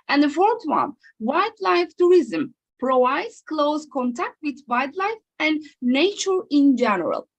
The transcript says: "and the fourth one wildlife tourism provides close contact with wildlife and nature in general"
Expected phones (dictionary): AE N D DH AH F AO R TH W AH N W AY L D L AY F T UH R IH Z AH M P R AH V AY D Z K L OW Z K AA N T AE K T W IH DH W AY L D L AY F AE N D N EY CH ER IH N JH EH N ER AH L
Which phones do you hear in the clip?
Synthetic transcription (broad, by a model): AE N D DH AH F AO R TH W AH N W AY D L AY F T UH R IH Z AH M P R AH AY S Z K L OW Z K AA N T AE K T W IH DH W AY D L AY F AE N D N EY CH ER IH N JH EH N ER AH L